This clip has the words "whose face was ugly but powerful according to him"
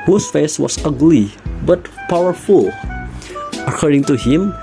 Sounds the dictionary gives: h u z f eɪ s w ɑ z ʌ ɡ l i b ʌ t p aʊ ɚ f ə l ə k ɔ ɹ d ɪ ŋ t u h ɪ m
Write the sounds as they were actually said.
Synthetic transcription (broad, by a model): h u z f eɪ s w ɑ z ʌ ɡ l i b ʌ t p aʊ ɚ f ə l ə k ɔ ɹ d ɪ ŋ t u h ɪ m